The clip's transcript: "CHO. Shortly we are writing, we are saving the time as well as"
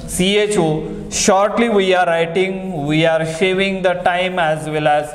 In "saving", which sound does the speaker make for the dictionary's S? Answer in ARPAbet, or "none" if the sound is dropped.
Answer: SH